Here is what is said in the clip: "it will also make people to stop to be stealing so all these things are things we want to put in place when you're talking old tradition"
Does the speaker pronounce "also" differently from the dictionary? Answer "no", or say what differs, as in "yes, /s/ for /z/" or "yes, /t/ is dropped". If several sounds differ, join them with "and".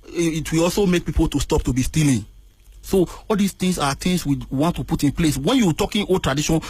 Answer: no